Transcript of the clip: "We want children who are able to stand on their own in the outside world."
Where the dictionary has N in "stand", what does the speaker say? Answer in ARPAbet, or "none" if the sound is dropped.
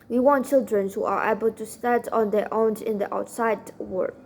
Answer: none